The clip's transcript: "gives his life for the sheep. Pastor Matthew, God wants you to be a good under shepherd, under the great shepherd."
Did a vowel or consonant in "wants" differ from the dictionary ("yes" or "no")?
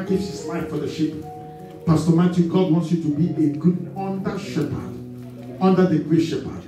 no